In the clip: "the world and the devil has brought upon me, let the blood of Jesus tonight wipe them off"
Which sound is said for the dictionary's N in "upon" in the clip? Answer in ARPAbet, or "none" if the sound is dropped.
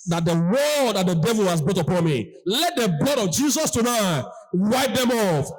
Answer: N